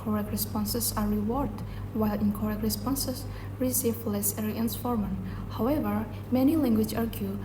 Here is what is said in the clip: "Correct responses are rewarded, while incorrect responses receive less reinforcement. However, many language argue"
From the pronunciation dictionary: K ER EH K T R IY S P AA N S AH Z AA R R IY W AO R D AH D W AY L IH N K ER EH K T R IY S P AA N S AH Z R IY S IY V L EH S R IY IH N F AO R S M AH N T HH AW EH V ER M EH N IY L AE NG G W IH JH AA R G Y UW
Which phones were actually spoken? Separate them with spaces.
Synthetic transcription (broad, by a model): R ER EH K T R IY S P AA N S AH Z AA R R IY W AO R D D W AY L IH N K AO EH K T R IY S P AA N S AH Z R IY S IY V L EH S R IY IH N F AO R M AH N HH AW EH V ER M EH N IY L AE NG G W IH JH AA R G Y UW